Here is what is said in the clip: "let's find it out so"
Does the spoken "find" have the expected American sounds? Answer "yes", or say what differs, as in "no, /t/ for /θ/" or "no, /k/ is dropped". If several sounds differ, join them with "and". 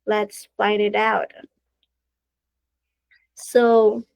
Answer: no, /n/ is dropped